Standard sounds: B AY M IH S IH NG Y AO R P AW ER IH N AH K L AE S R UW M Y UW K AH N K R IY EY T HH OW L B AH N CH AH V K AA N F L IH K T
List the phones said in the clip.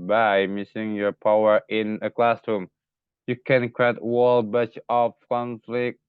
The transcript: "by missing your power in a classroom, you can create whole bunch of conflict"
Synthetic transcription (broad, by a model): B AY M IH S IH NG Y AO R P AW ER IH N AH K L AE S R UW M Y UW K AH N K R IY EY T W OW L B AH CH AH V K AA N F L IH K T